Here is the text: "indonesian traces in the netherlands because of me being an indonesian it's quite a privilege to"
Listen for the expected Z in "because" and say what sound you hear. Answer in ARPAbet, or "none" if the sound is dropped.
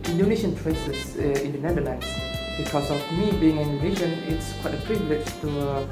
S